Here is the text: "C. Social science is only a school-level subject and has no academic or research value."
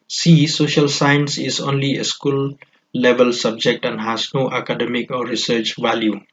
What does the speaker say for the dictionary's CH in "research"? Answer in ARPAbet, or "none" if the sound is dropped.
CH